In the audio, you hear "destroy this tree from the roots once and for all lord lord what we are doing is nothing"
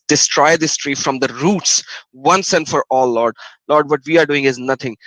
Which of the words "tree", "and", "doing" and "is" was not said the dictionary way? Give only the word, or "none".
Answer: none